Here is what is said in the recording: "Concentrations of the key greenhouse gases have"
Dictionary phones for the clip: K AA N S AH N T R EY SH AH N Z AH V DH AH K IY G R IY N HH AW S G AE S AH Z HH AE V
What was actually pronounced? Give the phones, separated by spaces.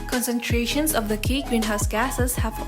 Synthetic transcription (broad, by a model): K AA N S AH N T R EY SH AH N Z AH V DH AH K IY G W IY N HH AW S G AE S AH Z HH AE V